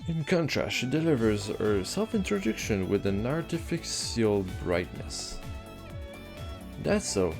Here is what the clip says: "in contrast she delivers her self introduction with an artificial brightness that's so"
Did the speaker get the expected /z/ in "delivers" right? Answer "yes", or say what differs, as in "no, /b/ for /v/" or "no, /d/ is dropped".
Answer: yes